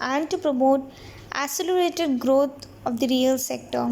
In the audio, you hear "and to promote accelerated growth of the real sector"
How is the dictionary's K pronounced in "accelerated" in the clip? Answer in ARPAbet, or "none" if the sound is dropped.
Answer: none